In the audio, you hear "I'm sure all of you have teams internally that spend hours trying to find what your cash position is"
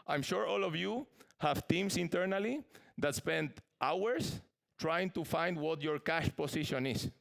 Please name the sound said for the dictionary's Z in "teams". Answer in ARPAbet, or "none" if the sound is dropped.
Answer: S